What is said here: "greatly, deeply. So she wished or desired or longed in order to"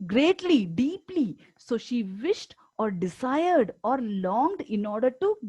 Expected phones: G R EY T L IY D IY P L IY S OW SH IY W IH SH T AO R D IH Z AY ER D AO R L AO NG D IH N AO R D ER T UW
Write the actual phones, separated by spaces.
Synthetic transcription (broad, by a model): G R EY T L IY D IY P L IY S OW SH IY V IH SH T AO R D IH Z AY ER D AO R L AO NG D IH N AO R D ER T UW